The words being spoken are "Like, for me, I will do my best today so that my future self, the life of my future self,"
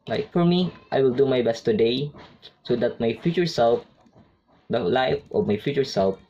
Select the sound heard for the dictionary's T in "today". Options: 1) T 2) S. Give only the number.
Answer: 1